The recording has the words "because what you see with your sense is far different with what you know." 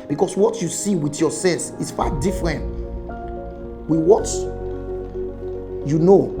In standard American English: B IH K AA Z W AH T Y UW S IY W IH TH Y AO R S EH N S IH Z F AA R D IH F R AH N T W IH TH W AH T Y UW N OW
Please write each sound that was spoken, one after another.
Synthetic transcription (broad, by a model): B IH K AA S W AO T Y UW S IY W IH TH Y AO S EH L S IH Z F AA D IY F R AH N T W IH W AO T Y UW N OW